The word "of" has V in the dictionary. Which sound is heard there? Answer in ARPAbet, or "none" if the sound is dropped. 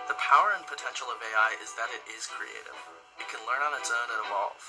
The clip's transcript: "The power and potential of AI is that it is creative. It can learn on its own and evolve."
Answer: V